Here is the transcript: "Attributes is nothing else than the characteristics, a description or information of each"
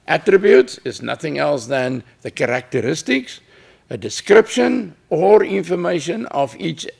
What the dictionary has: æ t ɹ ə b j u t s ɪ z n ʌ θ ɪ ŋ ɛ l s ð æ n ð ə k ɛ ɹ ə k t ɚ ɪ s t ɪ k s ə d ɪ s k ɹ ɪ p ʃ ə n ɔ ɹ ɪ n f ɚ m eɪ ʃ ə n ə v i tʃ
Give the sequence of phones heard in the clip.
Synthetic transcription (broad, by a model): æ t ɹ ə b j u t s ɪ z n ʌ θ ɪ ŋ ɛ l s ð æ n ð ə k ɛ ɹ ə k t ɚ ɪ s t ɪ k s ə d ɪ s k ɹ ɪ p ʃ ə n ɔ ɹ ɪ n f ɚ m eɪ ʃ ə n ə v i tʃ